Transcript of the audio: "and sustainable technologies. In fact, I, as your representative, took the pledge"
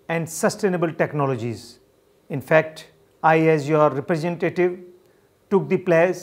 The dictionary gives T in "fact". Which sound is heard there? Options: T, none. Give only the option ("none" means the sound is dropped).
T